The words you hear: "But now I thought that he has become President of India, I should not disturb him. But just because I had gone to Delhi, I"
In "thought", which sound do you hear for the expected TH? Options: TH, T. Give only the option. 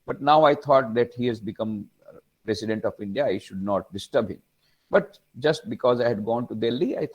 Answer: T